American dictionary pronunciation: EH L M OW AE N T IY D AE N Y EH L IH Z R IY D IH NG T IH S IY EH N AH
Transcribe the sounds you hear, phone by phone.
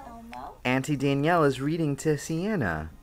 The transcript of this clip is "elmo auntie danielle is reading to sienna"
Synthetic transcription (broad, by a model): AE N T IY D AE N Y EH L IH Z R IY D IH NG T IH S IY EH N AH